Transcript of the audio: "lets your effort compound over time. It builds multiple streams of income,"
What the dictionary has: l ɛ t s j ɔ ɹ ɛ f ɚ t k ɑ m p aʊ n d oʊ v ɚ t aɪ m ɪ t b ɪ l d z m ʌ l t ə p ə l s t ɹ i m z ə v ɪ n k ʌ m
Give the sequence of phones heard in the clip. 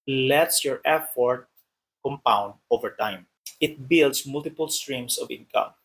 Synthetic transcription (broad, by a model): l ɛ t s j ɔ ɹ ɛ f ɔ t k ɑ m p aʊ n d oʊ v ɚ t aɪ m ɪ t b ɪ l d s m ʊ l t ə p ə l s t ɹ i m s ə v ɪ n k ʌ m